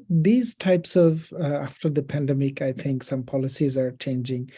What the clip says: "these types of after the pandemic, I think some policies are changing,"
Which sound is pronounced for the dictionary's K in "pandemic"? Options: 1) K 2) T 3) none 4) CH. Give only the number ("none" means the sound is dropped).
1